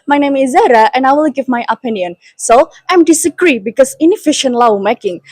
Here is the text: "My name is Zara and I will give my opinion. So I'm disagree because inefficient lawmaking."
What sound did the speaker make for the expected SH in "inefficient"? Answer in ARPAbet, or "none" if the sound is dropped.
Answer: SH